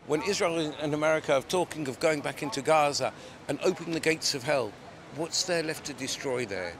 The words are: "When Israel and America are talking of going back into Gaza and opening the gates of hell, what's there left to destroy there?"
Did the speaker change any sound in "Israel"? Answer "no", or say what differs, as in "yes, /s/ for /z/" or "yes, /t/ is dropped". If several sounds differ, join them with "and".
no